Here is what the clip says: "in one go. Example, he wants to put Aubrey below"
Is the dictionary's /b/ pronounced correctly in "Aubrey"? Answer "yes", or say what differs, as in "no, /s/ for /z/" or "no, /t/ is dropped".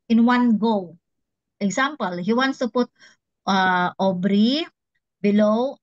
yes